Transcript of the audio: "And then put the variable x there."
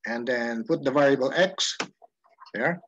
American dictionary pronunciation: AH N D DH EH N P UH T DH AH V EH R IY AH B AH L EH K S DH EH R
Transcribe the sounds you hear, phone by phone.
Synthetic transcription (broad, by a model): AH N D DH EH N P UH T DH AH V EH R IY AH B AH L EH K S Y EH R